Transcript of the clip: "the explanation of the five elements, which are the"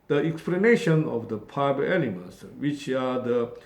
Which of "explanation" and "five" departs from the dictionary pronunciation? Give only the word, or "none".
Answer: five